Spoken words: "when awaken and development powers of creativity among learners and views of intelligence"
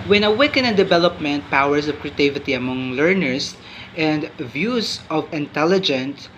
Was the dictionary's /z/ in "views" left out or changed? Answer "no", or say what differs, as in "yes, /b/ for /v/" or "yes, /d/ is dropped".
yes, /s/ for /z/